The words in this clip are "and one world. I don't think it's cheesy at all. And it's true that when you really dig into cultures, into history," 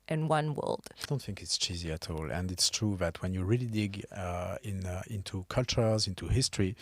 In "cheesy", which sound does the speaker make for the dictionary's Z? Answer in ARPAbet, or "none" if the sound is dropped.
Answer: Z